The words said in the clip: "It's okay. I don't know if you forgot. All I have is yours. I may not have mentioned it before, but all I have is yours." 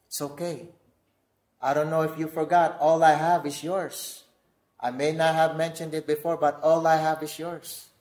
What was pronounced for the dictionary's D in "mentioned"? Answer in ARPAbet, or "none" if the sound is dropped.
D